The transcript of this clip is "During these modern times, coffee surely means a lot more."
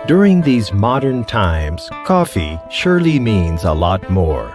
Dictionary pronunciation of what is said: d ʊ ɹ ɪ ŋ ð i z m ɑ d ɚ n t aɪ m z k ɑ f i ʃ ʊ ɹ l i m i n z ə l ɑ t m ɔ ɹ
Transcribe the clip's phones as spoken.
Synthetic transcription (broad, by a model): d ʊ ɹ ɪ ŋ ð i z m ɑ d ɚ n t aɪ m z k ɑ f i ʃ ʊ ɹ l i m i n z ə l ɑ t m ɔ ɹ